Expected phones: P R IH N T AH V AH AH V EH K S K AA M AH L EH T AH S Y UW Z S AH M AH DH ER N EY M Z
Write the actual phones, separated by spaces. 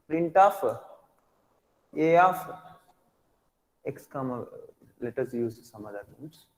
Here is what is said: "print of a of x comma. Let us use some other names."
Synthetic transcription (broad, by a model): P R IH N T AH F AH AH F EH K S K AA M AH L EH T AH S Y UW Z S AH M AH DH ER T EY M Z